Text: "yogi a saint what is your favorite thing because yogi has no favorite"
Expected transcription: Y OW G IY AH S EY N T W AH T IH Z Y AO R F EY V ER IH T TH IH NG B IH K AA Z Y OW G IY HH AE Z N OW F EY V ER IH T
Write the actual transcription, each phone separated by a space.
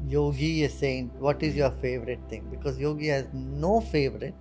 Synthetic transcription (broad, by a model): Y OW G IY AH S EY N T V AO T IH Z Y AO R F EY V ER IH T T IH NG B IH K AA Z Y OW G IY HH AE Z N OW F EY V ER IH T